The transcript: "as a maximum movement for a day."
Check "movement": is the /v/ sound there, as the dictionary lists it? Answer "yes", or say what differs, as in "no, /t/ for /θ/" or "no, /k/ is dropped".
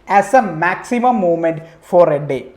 no, /v/ is dropped